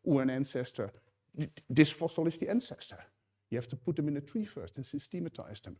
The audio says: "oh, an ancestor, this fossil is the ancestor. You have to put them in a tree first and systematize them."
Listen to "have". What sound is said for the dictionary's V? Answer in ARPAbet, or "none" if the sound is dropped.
F